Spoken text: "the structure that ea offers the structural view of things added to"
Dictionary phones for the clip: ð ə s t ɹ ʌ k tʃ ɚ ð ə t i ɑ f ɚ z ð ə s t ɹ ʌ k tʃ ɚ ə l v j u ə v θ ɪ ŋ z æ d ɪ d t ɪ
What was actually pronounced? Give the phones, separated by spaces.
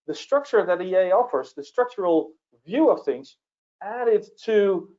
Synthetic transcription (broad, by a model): ð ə s t ɹ ʌ k tʃ ɚ ð ə t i ɑ f ɚ z ð ə s t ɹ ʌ k tʃ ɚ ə l v j u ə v θ ɪ ŋ z æ d ɪ d t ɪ